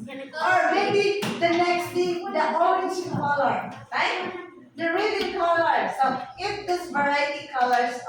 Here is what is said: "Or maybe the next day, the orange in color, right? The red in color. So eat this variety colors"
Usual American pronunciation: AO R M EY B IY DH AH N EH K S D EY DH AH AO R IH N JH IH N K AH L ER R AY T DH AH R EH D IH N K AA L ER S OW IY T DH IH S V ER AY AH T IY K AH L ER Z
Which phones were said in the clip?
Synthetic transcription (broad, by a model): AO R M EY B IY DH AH N EH K S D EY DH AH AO IH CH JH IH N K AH L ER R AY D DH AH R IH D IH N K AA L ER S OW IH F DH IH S V ER AY AH T IY K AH L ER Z